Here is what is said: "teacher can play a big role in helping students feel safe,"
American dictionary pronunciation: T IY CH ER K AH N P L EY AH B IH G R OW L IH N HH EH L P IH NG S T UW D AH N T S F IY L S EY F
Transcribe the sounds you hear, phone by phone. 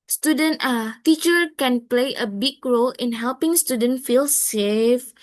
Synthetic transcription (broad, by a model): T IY CH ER K AH N P L EY AH B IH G R OW L IH N HH EH L P IH NG S T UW D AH N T F IY L S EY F